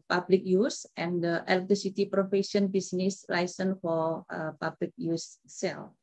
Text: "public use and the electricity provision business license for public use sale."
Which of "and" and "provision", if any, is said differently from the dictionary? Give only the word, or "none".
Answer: provision